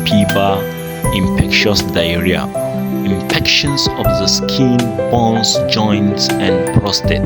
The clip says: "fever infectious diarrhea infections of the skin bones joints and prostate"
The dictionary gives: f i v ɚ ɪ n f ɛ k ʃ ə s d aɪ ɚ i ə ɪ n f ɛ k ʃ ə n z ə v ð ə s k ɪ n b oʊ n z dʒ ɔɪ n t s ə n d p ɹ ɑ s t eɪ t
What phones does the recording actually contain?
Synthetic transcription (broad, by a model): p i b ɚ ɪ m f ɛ k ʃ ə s d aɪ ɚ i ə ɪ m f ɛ k ʃ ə n s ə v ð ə s k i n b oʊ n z dʒ ɔɪ n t ə n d p ɹ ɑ s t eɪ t